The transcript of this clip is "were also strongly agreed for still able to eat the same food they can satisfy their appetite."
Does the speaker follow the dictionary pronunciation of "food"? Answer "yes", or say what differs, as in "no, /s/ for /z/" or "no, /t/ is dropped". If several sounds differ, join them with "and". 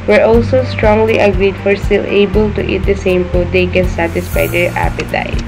no, /p/ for /f/